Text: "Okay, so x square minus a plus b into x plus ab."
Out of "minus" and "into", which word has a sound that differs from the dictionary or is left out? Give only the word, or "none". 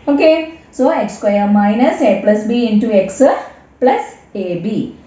none